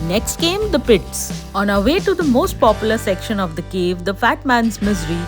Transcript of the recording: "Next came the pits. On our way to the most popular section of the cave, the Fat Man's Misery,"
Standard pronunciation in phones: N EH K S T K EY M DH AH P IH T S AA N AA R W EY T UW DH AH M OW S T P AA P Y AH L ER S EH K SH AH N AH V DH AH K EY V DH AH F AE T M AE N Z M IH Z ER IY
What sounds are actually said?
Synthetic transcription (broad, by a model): N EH K S T K EY M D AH P IH T S AA N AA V EY T UW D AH M OW S T P AA P Y AH L ER S EH K SH AH N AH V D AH K EY V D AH F AE T M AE N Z M IH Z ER IY